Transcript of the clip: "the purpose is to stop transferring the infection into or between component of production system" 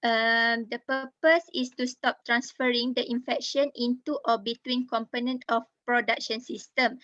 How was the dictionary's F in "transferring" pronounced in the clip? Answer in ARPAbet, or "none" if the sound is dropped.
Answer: F